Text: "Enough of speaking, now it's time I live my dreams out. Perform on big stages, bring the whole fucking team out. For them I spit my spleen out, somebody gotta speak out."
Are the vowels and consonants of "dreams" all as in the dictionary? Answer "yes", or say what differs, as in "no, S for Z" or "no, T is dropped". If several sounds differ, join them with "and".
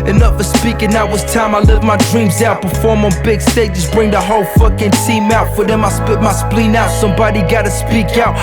yes